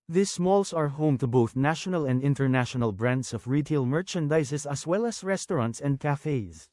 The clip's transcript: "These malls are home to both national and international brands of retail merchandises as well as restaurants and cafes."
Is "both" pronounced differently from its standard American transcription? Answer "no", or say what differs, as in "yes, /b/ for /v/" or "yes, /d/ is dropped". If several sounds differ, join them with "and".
no